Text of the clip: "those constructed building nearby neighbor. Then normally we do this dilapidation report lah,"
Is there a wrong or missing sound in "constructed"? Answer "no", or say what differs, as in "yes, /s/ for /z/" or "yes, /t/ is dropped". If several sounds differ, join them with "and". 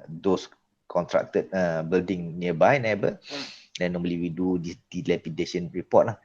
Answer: yes, /s/ is dropped